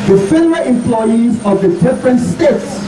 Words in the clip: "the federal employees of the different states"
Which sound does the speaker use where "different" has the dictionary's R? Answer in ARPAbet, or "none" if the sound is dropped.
R